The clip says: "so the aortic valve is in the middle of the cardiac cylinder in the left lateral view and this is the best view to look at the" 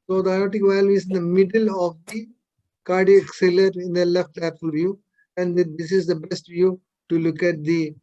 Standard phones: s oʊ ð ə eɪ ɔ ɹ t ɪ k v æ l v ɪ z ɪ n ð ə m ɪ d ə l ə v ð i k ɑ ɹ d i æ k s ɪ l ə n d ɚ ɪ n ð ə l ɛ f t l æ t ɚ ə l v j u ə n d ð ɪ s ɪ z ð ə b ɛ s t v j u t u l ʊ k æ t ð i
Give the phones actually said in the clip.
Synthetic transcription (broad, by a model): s oʊ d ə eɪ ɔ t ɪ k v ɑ l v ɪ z ɪ n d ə m ɪ d ə l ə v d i k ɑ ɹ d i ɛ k s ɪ l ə d ɪ n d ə l ɛ f t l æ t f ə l v j u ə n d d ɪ s ɪ z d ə b ɛ s t v j u t u l ʊ k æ t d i